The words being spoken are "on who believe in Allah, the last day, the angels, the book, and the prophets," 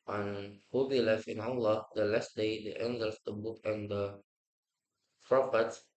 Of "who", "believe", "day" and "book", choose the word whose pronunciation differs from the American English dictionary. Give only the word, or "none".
believe